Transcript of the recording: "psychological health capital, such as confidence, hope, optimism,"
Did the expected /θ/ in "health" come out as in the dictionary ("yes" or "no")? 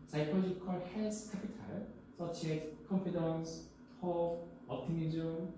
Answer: no